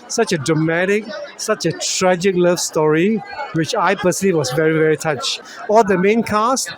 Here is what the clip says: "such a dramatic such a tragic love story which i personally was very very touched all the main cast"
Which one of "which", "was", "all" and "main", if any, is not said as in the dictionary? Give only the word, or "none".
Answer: was